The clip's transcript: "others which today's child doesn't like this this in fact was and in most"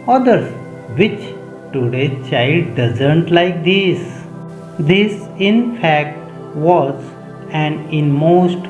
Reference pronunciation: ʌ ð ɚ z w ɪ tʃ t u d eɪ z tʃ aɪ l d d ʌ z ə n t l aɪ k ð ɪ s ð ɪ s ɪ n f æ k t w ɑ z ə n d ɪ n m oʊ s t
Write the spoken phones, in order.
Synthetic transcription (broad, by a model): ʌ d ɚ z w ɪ tʃ t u d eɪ tʃ aɪ l d d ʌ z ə n t l aɪ k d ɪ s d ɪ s ɪ n f æ k t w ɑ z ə n ɪ n m oʊ s t